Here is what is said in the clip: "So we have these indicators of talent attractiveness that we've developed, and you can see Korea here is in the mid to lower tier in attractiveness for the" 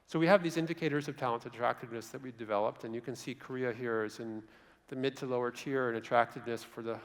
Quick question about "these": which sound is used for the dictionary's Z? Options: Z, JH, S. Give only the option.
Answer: Z